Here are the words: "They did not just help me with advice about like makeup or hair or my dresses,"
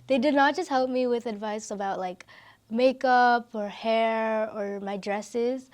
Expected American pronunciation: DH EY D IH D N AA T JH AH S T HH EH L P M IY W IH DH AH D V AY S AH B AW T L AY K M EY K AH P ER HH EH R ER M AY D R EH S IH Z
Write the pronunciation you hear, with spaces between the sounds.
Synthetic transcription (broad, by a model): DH EY D IH D N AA T JH AH S T HH EH L P M IY W IH DH AH D V AY S AH B AW T L AY K M EY K AH P ER HH EH R ER M AY D R EH S IH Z